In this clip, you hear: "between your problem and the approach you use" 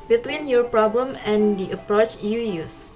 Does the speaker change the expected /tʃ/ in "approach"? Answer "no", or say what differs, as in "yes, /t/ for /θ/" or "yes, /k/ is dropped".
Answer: no